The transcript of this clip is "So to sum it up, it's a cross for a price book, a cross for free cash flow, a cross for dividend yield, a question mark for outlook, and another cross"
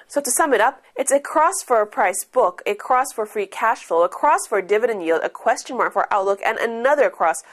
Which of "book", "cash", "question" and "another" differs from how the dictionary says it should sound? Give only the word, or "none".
none